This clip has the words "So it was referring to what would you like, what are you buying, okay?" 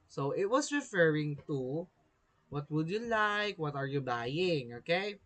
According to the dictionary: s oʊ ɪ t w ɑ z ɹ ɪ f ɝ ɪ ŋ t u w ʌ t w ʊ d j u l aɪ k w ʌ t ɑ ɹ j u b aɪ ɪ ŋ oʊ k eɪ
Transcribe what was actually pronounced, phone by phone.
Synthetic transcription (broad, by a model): s oʊ ɪ t w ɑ s ɹ ɪ f ɝ ɪ ŋ t u w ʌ t w ʊ d j u l aɪ k w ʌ t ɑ ɹ j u b aɪ ɪ ŋ oʊ k eɪ